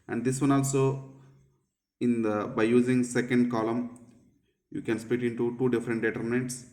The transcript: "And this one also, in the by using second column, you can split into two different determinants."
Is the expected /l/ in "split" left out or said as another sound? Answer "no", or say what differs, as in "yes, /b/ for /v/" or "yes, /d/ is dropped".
yes, /l/ is dropped